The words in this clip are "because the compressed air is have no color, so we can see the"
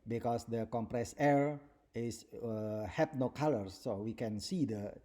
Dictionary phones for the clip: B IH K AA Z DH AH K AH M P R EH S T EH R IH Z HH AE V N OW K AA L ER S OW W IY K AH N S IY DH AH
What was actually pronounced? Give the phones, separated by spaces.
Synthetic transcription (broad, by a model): B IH K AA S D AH K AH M P R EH S EH R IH S HH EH P N OW K AA L ER S OW W IY K AH N S IY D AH